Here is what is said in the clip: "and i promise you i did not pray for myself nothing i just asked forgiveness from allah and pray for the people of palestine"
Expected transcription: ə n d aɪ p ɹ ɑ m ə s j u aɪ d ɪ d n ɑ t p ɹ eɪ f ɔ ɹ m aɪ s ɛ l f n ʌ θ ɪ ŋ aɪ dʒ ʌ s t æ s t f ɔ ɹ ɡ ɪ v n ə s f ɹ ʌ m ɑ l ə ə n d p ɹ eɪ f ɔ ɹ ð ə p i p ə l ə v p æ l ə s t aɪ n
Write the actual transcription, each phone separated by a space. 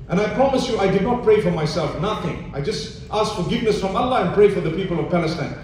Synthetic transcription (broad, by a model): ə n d aɪ p ɹ ɑ m ə s j u aɪ d ɪ d n ɑ t p ɹ eɪ f ɔ ɹ m aɪ s ɛ l f n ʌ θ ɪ ŋ aɪ dʒ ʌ s t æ s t f ɔ ɹ ɡ ɪ v n ə s f ɹ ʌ m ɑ l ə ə n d p ɹ eɪ f ɔ ɹ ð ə p i p ə l ə v p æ l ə s t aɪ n